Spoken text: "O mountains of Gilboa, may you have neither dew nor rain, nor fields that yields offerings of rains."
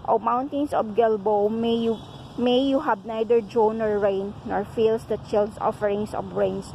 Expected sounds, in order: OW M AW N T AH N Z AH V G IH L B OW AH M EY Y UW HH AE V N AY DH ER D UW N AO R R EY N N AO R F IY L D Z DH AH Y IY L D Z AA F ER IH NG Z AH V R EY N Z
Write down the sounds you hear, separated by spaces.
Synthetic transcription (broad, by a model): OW M AW N T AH N S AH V G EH L B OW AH M EY Y UW HH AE B N AY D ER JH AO N AO R R EY N N AO R F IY L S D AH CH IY L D S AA F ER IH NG S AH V R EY N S